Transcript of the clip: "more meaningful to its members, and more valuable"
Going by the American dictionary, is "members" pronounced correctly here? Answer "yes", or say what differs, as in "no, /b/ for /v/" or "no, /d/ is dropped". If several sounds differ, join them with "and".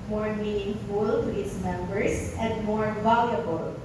no, /s/ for /z/